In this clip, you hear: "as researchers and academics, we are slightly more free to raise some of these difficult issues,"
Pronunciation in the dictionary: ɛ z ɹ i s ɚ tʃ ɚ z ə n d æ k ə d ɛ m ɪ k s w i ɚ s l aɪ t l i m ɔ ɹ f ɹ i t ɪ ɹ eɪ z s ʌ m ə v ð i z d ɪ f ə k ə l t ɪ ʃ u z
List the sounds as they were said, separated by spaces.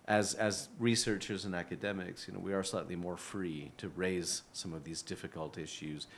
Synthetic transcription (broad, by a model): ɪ z ɹ i s ɚ tʃ ɚ z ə n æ k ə d ɛ m ɪ k s w i ɚ s l aɪ t l i m ɔ ɹ f ɹ i t ɪ ɹ eɪ z s ʌ m ə v ð i z d ɪ f ə k ə l t ɪ ʃ u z